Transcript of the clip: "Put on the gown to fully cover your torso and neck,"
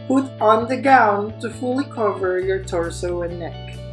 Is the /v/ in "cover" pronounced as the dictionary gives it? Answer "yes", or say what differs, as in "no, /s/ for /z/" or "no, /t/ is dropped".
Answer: yes